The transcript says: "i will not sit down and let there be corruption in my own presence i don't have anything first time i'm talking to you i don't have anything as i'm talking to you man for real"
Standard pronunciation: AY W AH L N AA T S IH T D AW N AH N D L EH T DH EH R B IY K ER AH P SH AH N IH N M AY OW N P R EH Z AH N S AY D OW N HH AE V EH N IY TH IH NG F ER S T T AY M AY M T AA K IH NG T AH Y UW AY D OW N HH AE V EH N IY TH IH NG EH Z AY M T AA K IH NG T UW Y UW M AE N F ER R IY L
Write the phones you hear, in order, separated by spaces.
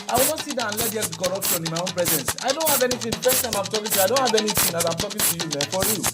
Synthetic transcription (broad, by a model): AY W AH L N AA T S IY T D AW AH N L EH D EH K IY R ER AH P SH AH N IH N M AY OW N P R EH Z AH N S AY D OW N HH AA V EH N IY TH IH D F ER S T T AY M AY M T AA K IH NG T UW AY D OW N HH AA V EH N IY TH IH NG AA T AY M T AA K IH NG T UW Y UW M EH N F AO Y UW